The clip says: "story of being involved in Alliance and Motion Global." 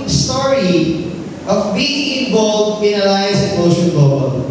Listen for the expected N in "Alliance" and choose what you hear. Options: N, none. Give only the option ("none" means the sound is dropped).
none